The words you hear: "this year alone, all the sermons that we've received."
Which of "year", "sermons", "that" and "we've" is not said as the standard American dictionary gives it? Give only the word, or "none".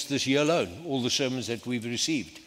none